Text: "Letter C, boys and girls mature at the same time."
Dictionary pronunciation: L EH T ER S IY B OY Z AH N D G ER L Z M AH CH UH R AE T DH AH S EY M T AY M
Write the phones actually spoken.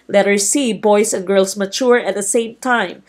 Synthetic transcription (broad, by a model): L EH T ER S IY B OY S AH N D G ER L S M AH CH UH R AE T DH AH S EY M T AY M